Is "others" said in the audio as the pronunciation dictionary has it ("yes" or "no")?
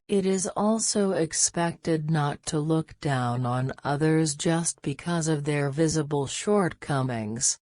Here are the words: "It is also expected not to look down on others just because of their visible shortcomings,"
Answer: yes